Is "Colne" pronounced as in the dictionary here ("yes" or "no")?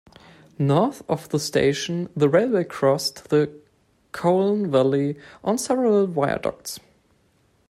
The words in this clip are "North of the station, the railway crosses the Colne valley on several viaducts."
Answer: yes